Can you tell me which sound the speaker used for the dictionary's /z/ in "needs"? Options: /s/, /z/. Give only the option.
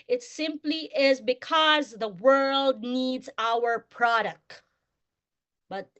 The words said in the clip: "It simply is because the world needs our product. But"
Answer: /z/